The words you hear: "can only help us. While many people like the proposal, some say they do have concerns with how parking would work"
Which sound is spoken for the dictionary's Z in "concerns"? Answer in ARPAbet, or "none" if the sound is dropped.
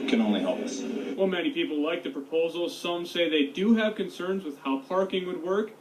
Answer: Z